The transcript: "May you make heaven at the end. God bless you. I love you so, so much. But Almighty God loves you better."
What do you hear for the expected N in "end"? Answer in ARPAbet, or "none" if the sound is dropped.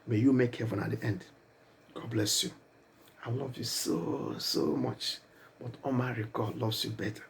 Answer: N